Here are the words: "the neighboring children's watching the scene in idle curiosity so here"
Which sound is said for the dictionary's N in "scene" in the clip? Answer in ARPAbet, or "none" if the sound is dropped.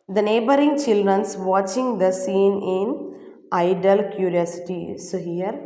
N